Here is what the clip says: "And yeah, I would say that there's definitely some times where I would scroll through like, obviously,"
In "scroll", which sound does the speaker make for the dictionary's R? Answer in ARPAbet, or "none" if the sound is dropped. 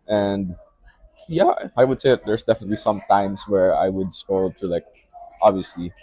none